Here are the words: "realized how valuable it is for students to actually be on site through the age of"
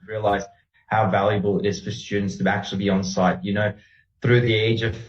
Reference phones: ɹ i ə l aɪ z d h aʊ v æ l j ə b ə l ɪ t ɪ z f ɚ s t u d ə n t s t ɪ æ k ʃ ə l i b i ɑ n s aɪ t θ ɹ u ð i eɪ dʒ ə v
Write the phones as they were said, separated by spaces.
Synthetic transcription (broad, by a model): ɹ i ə l aɪ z h aʊ v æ l j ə b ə l ɪ t ɪ z f ɚ s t u d n t s t ɪ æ k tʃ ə l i b i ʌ n s aɪ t θ ɹ u ð i eɪ dʒ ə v